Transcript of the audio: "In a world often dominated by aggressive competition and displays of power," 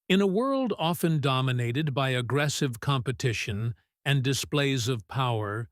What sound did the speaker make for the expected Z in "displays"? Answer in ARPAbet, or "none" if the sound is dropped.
Z